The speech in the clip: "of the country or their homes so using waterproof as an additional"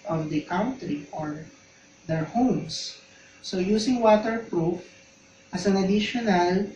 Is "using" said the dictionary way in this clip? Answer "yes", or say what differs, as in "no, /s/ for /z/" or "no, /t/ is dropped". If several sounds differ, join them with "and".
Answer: no, /s/ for /z/